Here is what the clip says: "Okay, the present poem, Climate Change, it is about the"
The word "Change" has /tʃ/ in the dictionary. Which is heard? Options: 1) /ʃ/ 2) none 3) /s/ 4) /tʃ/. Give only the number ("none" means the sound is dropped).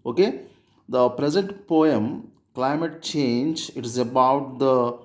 4